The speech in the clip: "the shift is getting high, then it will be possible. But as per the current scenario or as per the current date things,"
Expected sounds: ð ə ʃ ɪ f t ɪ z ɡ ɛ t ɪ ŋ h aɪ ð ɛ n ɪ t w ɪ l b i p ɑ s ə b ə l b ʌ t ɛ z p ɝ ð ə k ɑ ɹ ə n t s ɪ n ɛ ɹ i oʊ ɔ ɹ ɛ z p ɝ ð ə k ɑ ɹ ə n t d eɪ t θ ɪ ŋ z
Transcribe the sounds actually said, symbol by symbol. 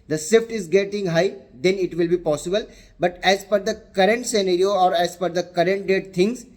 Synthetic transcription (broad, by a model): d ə s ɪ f t ɪ z ɡ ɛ t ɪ ŋ h aɪ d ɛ n ɪ t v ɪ l b i p ɑ s ə b ə l b ʌ t ɛ z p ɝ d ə k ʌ ɹ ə n t s ɪ n ɛ ɹ i oʊ ɔ ɹ ɛ z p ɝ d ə k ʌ ɹ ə n t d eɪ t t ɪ ŋ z